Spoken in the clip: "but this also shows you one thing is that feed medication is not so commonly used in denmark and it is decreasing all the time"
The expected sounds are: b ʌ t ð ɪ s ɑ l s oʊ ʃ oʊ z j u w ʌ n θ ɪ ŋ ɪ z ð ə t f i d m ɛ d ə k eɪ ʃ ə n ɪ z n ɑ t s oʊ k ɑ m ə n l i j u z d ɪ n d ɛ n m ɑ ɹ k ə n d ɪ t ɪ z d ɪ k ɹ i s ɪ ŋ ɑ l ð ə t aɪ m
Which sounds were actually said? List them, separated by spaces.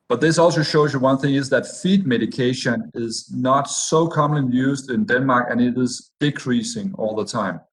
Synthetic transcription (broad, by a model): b ʌ t ð ɪ s ɑ l s oʊ ʃ oʊ z j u w ʌ n θ ɪ ŋ ɪ z ð ə t f i d m ɛ d ə k eɪ ʃ ə n ɪ z n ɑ t s oʊ k ɑ m ə n l i j u z d ɪ n d ɛ n m ɑ ɹ k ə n ɪ t ɪ z d ɪ k ɹ i s ɪ ŋ ɑ l ð ə t aɪ m